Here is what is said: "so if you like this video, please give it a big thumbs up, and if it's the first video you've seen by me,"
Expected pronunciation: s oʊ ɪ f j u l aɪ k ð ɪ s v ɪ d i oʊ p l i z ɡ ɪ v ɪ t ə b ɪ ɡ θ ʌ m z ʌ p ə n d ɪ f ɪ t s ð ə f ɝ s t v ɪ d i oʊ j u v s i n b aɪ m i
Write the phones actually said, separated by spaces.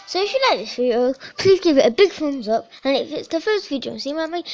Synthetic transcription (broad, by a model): s oʊ ɪ f j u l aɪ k ð ɪ s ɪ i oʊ p l i z ɡ ɪ v ɪ t ə b ɪ ɡ f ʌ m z ʌ p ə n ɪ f ɪ t s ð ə f ɝ s t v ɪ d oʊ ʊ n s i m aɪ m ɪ